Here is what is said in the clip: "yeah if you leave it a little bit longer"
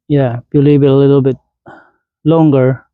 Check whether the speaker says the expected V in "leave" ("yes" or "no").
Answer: no